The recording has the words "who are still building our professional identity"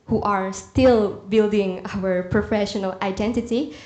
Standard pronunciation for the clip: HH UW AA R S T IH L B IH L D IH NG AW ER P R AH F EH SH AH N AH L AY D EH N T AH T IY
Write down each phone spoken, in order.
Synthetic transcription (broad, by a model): HH UW AA R S T IH L B IH L D IH NG AW ER P R AH F EH SH AH N AH L AY D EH N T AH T IY